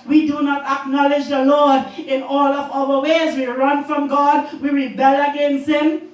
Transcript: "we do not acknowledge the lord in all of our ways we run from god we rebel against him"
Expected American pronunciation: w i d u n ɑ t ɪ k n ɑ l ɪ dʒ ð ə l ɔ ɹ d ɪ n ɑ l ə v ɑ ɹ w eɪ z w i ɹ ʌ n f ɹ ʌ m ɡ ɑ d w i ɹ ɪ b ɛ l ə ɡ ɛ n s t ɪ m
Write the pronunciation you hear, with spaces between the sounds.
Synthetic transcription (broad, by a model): w i d u n ɑ t ɪ k n ɑ l ɪ dʒ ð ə l ɔ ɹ d ɪ n ɑ l ə v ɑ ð w eɪ z w i ɹ ʌ n f ɹ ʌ m ɡ ɑ d w i ɹ ɪ b ɛ l ə ɡ ɛ n s t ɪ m